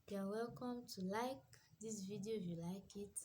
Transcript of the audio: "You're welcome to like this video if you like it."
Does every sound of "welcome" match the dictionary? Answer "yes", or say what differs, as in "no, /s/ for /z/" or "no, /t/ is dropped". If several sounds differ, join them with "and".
yes